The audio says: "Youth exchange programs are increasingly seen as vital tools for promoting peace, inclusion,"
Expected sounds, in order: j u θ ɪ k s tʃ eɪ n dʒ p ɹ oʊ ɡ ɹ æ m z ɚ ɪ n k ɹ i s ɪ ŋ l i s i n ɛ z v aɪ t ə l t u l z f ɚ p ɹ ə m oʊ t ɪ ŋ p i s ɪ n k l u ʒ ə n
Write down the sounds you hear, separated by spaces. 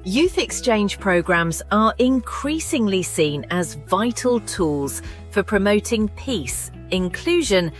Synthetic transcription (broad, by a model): j u θ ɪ k s tʃ eɪ n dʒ p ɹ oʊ ɡ ɹ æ m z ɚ ɪ n k ɹ i s ɪ ŋ l i s i n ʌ z v aɪ t ə l t u l z f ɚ p ɹ ə m oʊ t ɪ ŋ p i s ɪ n k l u ʒ ə n